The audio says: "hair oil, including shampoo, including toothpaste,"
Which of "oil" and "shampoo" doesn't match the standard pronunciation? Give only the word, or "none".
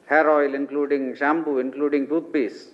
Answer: shampoo